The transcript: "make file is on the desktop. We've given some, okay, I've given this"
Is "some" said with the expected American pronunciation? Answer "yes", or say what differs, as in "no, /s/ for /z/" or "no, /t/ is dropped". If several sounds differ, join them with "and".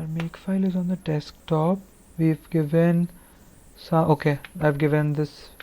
no, /m/ is dropped